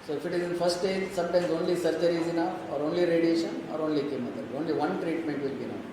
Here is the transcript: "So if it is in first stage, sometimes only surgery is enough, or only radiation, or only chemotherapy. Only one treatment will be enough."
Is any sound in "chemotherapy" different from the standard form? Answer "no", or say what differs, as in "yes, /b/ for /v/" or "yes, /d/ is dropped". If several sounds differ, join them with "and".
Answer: yes, /t/ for /θ/